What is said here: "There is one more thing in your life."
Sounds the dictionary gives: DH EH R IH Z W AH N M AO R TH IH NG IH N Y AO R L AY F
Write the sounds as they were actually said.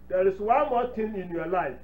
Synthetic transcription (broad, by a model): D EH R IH S W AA N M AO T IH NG IH N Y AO L AY F